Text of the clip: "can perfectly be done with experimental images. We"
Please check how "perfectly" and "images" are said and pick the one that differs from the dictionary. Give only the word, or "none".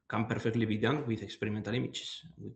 images